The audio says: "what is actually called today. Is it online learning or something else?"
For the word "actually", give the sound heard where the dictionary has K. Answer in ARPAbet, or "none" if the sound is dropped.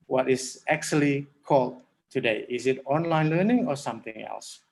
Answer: K